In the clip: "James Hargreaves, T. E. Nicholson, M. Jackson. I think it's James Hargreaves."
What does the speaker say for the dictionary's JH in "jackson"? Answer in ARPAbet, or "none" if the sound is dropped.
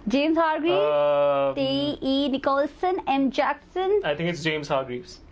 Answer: JH